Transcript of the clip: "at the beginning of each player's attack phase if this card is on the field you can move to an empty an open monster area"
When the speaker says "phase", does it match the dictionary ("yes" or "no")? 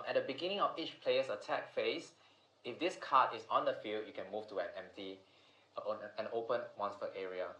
no